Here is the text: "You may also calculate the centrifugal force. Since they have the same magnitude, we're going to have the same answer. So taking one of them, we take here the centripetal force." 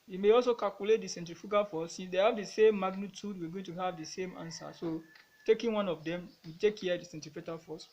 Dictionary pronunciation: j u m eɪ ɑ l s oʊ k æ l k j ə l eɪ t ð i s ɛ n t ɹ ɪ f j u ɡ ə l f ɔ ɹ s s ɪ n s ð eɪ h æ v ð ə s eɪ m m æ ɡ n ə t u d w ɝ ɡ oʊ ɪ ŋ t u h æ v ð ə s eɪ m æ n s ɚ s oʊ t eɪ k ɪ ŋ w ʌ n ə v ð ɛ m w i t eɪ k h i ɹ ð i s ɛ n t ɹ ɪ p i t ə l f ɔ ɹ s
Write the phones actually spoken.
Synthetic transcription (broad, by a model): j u m eɪ ɑ l s oʊ k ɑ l k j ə l eɪ t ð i s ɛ n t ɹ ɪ f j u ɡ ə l f ɔ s s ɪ n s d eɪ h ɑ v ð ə s eɪ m m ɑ ɡ n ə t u d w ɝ ɡ oʊ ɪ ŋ t u h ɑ v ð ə s eɪ m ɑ n s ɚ s oʊ t eɪ k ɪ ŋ w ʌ n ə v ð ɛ m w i t eɪ k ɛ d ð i s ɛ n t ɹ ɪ f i t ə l f ɔ s